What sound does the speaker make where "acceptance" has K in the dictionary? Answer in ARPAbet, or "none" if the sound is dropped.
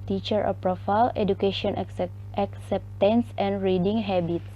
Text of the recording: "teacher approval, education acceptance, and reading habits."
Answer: K